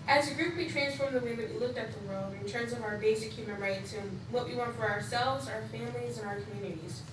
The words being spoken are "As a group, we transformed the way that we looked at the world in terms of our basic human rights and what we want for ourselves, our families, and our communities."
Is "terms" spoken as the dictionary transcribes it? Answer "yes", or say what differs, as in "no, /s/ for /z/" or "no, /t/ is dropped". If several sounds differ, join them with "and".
yes